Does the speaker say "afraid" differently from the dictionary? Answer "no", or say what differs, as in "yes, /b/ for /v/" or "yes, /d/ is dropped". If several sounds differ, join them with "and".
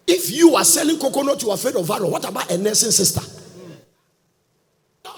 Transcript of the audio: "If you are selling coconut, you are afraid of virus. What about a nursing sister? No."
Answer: yes, /ɹ/ is dropped